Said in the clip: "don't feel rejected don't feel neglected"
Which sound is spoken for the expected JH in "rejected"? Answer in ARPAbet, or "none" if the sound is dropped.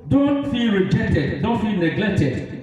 JH